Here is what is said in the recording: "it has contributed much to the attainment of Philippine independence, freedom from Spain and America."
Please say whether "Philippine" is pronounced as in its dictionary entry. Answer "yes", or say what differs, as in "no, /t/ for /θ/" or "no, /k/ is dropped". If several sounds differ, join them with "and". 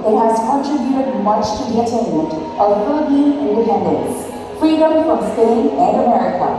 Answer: no, /b/ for /p/